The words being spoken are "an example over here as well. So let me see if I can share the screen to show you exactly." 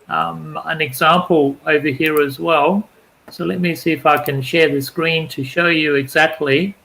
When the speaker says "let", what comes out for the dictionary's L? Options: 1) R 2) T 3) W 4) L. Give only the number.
4